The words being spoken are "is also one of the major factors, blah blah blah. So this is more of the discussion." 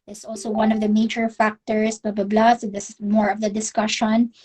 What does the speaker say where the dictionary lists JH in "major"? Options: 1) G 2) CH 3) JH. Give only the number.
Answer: 2